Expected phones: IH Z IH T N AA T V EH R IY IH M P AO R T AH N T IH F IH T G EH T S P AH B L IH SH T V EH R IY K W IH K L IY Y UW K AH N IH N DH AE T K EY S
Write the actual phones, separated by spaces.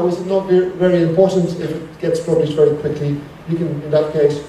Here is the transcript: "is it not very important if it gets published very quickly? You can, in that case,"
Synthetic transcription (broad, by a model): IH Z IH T N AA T V EH R IY IH M P AO R T AH N T IH F IH T G EH T S P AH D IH S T V EH R IY K W IH K L IY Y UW K AH N IH N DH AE T K EY S